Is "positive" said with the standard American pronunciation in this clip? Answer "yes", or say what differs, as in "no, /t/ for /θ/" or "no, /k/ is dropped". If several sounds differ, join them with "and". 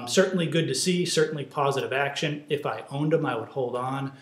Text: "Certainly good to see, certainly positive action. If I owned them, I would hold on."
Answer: yes